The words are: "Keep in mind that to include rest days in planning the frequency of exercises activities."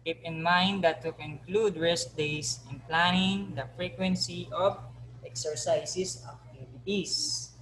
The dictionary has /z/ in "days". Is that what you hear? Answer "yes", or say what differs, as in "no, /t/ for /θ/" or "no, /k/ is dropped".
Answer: no, /s/ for /z/